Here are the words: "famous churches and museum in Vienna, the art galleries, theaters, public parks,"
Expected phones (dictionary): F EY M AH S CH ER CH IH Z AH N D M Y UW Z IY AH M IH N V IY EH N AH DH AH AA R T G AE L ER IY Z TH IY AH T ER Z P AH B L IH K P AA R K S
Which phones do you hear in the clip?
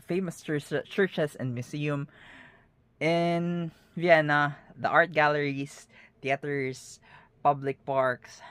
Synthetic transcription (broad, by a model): F EY M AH S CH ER CH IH S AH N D M Y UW S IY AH M IH N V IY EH N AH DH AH AA R T G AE L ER IY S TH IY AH T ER S P AH B L IH K P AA R K S